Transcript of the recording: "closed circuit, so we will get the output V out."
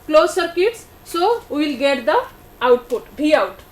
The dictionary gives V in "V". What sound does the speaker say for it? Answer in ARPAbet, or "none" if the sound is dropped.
B